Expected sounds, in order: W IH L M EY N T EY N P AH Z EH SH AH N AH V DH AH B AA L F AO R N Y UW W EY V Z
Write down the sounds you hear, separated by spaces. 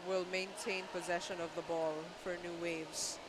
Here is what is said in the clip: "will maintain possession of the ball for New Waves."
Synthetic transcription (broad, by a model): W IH L M EY N T EY N P AH Z EH SH AH N AH V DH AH B AA L F AO R N Y UW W EY V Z